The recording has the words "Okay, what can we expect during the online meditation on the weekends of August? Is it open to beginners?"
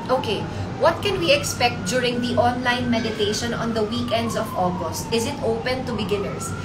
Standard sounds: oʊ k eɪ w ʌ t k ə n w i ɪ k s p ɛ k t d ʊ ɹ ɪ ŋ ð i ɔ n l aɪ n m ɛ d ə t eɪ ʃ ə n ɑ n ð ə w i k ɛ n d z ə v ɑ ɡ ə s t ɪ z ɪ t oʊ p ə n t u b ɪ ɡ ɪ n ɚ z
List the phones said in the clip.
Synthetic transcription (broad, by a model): oʊ k eɪ w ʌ t k ə n w i ɪ k s p ɛ k t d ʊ ɹ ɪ ŋ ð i ɔ n l aɪ n m ɛ d ə t eɪ ʃ ə n ɑ n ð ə w i k ɛ n d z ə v ɑ ɡ ə s t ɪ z ɪ t oʊ p ə n t u b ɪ ɡ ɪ n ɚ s